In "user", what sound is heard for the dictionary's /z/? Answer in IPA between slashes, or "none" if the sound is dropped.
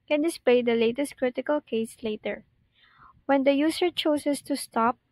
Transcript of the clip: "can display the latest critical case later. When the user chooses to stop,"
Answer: /s/